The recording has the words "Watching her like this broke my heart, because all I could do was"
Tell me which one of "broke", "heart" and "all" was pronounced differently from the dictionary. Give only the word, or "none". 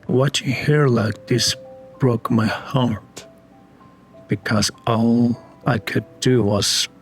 none